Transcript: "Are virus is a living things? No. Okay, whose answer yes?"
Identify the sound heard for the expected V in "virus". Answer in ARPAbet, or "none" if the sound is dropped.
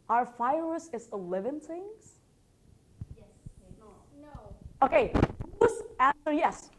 F